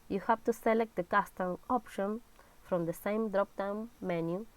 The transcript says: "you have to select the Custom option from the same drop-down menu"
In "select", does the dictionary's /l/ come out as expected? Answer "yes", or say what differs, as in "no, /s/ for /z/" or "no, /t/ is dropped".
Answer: yes